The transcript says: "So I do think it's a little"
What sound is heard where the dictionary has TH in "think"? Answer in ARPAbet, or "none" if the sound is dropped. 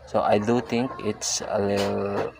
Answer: T